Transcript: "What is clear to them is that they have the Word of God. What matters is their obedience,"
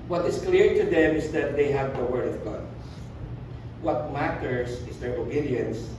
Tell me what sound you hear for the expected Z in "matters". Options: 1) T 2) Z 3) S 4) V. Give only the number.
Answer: 3